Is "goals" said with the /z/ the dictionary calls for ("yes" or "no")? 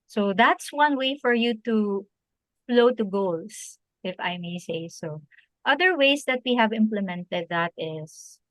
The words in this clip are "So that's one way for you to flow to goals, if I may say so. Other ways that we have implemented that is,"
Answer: no